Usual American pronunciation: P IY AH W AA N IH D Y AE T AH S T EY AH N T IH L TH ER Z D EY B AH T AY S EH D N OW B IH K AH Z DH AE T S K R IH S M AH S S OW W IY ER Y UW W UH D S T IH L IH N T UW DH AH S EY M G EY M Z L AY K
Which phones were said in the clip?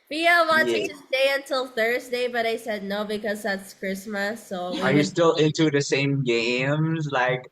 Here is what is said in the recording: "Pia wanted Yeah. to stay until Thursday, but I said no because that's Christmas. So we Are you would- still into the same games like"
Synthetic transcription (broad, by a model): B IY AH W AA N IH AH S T EY AH N T IH L TH ER Z D EY B AH T AY S EH D N OW B IH K AH Z DH AE T S K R IH S M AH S S OW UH ER Y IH S T IH L IH N T UW DH AH S EY M G EY M Z L AY K